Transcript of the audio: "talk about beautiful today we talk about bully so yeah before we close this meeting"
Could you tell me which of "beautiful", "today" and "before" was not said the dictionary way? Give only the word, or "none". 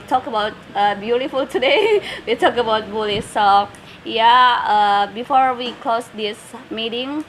none